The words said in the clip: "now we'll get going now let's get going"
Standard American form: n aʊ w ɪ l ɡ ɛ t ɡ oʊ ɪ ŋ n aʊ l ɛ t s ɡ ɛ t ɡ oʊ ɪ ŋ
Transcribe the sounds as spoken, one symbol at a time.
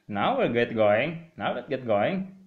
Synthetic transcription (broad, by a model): n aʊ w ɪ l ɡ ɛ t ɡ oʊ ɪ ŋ n aʊ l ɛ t ɡ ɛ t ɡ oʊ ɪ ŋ